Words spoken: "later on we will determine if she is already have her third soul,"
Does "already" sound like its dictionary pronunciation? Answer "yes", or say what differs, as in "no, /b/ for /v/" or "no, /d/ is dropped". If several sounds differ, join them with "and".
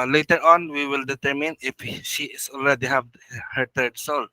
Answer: no, /l/ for /ɹ/